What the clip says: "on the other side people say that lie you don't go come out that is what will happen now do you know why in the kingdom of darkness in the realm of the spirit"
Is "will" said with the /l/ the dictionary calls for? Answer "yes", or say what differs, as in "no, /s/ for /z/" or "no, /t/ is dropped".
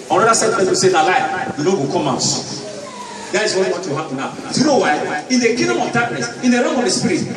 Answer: no, /w/ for /l/